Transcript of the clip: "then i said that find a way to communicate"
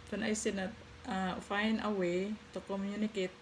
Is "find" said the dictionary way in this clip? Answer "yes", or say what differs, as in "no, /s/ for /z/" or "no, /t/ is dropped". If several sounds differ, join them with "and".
no, /d/ is dropped